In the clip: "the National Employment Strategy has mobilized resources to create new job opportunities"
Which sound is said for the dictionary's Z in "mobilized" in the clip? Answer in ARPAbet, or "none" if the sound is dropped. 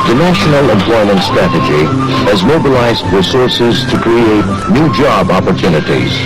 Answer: Z